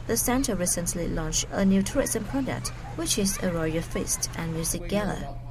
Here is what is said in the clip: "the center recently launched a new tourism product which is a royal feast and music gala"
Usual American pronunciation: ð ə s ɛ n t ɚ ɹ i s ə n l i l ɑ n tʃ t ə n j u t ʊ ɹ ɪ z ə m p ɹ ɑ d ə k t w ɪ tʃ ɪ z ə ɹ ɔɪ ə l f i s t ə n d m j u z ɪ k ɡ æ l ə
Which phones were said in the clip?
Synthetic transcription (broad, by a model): ð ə s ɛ n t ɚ ɹ i s ə n l i l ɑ n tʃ ə n j u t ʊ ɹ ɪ s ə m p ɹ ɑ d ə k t w ɪ tʃ ɪ z ə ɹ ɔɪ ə f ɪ s t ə n m j u z ɪ k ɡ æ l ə